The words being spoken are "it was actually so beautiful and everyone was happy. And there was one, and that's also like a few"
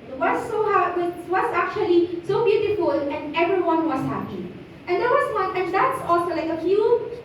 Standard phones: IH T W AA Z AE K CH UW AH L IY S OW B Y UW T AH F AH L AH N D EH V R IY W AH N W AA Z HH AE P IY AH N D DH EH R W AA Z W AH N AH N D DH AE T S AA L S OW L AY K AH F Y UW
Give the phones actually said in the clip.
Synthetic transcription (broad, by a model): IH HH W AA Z AE K CH UW AH L IY S OW B Y UW T AH F AH L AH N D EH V R IY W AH N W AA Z HH AE P IY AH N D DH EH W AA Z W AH L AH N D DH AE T S AA L S OW L AY K AH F Y UW